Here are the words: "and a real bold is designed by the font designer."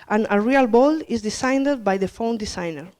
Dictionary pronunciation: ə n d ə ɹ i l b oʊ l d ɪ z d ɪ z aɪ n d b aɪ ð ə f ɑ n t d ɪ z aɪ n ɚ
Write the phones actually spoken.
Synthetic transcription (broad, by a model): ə n ə ɹ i l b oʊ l ɪ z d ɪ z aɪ n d b aɪ ð ə f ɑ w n d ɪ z aɪ n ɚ